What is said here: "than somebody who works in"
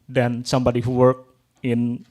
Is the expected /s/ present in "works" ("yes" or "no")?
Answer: no